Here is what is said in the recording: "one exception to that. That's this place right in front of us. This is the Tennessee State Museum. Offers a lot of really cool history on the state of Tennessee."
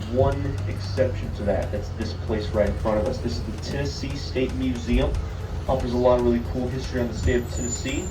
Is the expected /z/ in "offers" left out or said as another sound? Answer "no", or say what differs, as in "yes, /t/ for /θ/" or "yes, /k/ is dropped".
no